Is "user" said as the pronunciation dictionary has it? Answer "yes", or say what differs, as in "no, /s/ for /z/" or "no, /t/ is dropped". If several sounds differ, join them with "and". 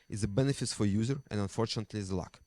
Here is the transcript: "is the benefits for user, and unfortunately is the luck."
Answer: yes